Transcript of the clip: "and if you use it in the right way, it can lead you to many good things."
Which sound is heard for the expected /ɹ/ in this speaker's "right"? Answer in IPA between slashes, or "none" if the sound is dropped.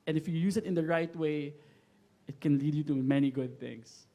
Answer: /ɹ/